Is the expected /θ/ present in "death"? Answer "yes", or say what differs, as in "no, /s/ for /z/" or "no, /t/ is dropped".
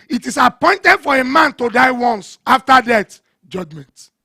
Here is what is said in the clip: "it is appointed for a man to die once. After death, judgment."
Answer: no, /t/ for /θ/